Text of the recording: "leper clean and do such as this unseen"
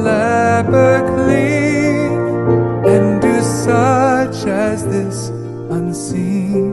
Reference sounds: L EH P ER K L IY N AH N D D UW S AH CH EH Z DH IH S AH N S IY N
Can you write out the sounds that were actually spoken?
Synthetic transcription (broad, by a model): L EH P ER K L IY AH N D D UW S AH CH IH Z DH IH S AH N S IY N